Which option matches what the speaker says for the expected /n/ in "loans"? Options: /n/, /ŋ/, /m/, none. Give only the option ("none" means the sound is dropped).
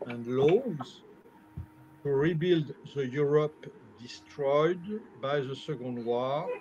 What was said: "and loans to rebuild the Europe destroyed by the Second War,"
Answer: none